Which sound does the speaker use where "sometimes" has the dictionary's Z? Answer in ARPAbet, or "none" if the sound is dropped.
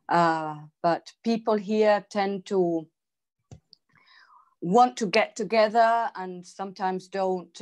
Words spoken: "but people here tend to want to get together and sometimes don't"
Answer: Z